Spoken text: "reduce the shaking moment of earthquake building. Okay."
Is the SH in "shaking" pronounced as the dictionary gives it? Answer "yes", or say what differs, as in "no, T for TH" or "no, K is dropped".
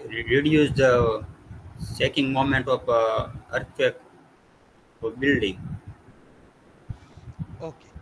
no, S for SH